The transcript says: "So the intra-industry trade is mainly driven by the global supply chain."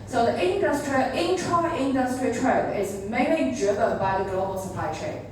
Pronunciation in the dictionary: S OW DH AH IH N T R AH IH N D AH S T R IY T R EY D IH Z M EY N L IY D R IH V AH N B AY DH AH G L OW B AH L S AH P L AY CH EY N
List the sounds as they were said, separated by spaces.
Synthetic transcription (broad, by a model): S OW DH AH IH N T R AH IH N D AH S T R IY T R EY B IH Z M EY N L IY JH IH B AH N B AY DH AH G L OW B AH L S AH P L AY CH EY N